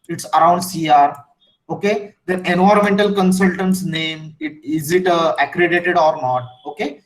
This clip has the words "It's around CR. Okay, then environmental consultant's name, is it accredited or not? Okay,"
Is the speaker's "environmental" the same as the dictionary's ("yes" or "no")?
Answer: no